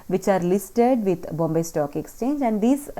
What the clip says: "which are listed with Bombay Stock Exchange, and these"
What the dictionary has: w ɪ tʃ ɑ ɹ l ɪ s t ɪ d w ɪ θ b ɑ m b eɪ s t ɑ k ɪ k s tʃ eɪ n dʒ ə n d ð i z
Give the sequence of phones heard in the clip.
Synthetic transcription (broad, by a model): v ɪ tʃ ɑ ɹ l ɪ s t ɪ d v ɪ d b ɑ m b eɪ s t ɑ k ɪ k s tʃ eɪ n dʒ ə n d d i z